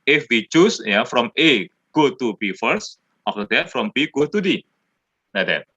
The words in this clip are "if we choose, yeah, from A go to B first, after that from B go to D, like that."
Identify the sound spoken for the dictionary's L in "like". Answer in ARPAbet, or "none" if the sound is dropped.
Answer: N